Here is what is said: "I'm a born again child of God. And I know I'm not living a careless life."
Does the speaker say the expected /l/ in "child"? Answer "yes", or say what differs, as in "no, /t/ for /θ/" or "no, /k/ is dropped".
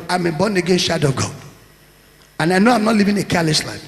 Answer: no, /l/ is dropped